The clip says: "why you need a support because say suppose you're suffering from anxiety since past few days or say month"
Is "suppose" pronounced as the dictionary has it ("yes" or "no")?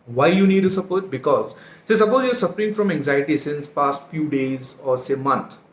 no